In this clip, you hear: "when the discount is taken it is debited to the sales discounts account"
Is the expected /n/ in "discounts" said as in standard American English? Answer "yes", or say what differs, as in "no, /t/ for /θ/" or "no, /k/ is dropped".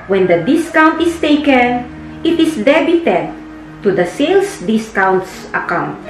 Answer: yes